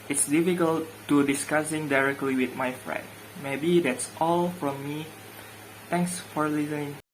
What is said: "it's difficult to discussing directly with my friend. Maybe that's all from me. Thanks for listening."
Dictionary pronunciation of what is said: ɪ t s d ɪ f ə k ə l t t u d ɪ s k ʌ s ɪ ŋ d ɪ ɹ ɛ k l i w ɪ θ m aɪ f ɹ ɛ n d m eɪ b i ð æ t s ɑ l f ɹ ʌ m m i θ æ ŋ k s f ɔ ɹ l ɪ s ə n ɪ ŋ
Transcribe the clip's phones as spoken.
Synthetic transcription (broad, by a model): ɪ t s d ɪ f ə k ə l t t u d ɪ s k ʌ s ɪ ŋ d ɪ ɹ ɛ k l i w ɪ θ m aɪ f ɹ ɛ n d m eɪ b i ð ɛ t s ɑ l f ɹ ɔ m m i t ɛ ŋ k s f ɔ ɹ l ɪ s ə n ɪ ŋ